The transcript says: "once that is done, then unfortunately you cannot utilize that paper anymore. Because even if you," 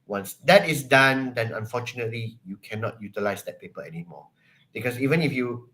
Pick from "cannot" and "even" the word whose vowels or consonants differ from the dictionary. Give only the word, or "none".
none